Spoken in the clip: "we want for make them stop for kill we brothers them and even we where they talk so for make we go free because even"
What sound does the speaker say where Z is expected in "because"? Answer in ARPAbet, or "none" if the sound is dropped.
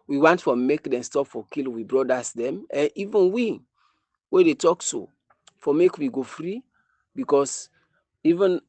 S